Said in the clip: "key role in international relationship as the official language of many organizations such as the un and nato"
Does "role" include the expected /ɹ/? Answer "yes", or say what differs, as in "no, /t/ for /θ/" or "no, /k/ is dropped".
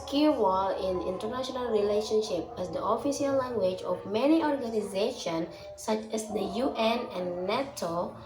no, /w/ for /ɹ/